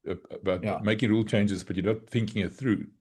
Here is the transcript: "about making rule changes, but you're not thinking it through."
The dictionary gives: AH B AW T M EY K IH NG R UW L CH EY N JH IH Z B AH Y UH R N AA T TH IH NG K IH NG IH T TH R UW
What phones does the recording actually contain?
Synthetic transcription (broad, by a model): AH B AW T M EY K IH NG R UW L CH EY N JH IH Z B AH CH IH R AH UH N TH IH NG K IH NG IH T TH R UW